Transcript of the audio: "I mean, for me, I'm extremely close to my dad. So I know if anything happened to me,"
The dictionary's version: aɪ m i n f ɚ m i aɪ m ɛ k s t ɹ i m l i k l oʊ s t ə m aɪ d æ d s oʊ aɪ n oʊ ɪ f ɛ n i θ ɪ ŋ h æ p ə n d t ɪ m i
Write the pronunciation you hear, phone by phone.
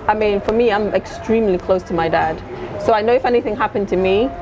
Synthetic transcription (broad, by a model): aɪ m i n f ɚ m i aɪ m ɛ k s t ɹ i m l i k l oʊ s t ə m aɪ d æ d s oʊ aɪ n oʊ ɪ f ɛ n i θ ɪ ŋ h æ p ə n t ɪ m i